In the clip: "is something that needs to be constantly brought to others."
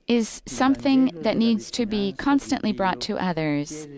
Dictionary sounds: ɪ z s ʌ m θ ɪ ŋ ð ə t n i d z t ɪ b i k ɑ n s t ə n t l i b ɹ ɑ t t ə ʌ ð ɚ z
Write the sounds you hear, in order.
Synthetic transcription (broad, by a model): ɪ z s ʌ m θ ɪ ŋ ð ə t n i d z t ɪ b i k ɑ n s t ə n t l i b ɹ ɑ t t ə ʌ ð ɚ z